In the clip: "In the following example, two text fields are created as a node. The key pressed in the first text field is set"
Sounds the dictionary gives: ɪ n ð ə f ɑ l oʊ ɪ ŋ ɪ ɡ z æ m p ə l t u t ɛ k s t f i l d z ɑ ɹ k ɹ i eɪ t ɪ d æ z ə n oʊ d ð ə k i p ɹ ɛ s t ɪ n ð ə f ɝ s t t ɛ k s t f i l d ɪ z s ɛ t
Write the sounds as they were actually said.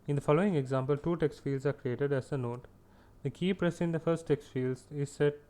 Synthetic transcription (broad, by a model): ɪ n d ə f ɑ l oʊ ɪ ŋ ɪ ɡ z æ m p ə l t u t ɛ k s t f i l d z ɑ ɹ k ɹ i eɪ t ɪ d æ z ə n oʊ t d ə k i p ɹ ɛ s ɪ n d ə f ɝ s t t ɛ k s t f i l d ɪ z s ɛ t